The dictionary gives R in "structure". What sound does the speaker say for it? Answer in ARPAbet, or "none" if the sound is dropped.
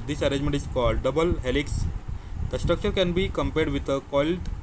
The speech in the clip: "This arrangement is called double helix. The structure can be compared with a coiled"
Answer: R